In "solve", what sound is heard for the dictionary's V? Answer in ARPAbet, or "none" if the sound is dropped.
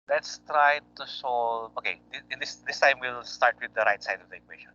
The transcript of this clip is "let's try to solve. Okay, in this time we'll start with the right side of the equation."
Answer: none